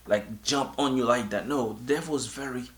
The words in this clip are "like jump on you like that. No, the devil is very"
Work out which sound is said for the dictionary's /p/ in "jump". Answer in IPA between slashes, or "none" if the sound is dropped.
/p/